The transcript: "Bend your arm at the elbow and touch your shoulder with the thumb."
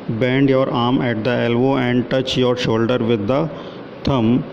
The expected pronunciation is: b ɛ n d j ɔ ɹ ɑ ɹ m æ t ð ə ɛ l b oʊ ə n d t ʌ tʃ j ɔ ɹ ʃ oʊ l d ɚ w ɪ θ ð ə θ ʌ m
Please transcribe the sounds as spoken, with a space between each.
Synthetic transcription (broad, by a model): b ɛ n d j ɔ ɹ ɑ ɹ m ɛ t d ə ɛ l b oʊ ə n d t ʌ tʃ j ɔ ɹ ʃ oʊ l d ɚ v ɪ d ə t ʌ m